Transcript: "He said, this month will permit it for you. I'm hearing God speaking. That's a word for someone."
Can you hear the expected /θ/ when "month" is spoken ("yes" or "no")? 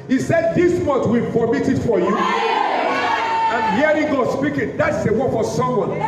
no